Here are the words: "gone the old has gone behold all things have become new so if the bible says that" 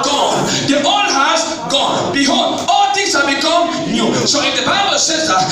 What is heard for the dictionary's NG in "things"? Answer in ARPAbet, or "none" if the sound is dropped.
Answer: none